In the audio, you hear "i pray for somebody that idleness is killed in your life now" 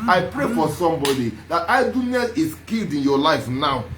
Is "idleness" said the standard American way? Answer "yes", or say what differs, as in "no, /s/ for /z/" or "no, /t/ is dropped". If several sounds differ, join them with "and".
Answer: no, /l/ is dropped